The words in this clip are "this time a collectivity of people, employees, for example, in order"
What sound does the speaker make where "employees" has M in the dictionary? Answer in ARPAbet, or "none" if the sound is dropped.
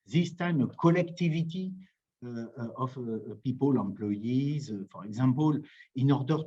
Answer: none